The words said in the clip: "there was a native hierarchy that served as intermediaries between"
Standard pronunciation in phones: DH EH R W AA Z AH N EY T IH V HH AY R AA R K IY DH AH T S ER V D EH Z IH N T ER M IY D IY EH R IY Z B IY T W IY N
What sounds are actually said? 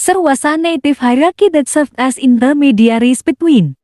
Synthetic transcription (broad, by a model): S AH R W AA S AH N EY T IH F HH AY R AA K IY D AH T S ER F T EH S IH N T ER M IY D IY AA R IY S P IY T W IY N